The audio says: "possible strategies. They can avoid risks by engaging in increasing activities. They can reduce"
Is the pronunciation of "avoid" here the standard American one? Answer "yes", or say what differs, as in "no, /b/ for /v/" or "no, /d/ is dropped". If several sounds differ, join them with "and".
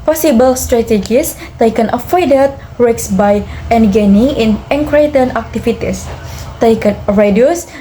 no, /f/ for /v/